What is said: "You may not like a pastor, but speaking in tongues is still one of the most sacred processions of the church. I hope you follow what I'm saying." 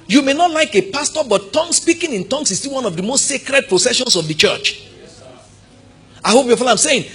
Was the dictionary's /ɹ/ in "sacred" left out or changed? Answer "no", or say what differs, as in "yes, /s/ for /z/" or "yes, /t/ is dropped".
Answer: no